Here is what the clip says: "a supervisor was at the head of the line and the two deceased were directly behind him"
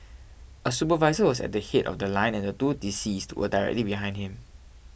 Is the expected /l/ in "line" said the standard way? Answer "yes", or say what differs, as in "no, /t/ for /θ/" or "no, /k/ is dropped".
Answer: yes